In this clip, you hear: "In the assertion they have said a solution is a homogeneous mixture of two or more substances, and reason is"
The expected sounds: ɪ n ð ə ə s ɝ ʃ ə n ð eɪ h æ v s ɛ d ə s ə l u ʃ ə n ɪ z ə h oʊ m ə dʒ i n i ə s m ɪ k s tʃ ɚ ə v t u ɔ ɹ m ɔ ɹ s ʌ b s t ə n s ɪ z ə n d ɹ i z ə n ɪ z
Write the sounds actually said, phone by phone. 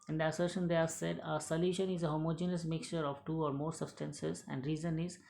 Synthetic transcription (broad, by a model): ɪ n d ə ə s ɝ ʃ ə n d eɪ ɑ s ɛ d ə s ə l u ʃ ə n ɪ z ə h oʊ m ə dʒ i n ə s m ɪ k s tʃ ɚ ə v t u ɔ ɹ m ɔ ɹ s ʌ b s t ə n s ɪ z ə n d ɹ i z ə n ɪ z